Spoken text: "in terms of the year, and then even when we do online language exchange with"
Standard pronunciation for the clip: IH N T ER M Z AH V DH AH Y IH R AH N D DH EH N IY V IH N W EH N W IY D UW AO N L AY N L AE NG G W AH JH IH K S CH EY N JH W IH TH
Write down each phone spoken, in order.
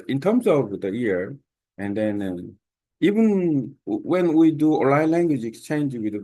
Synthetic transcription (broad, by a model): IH N T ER M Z AH V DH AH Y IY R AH N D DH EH N IY V IH N W EH N W IY D UW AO L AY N L AE NG G W AH JH IH K S CH EY N JH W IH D